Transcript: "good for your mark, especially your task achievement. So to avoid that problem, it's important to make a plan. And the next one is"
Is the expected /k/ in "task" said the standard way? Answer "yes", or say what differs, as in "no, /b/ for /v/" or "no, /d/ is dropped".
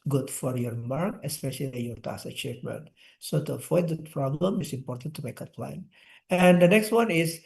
no, /k/ is dropped